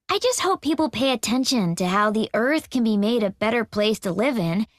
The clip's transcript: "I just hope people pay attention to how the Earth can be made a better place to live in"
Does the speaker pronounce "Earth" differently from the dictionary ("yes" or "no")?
no